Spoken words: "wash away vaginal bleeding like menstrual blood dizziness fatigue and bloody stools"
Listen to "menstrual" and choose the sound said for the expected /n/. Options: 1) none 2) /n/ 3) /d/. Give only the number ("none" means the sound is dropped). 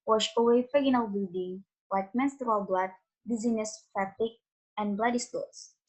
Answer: 2